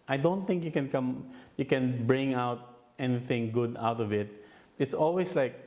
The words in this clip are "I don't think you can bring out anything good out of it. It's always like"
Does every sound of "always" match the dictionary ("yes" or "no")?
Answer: no